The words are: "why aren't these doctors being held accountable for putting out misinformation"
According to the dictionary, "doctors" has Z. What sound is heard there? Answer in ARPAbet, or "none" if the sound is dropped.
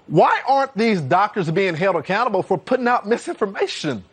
Z